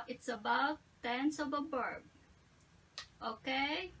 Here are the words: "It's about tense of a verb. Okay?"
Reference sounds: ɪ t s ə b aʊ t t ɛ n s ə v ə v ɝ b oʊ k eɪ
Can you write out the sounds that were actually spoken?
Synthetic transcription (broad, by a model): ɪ t s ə b aʊ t t ɛ n s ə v ə b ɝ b oʊ k eɪ